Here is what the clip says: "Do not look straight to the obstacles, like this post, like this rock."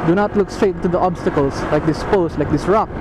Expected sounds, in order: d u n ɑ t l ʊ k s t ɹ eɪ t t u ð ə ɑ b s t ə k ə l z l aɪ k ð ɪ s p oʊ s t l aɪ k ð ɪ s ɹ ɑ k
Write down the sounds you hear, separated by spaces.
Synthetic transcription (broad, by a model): d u n ɑ t l ʊ k s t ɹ eɪ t t u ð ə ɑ b s t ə k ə l s l aɪ k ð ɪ s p oʊ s l aɪ k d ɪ s ɹ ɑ k